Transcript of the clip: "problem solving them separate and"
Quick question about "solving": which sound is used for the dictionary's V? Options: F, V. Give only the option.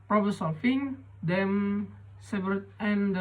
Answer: F